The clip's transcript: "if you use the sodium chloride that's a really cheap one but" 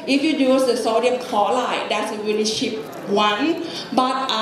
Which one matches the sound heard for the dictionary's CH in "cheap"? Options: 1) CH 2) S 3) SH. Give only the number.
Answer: 3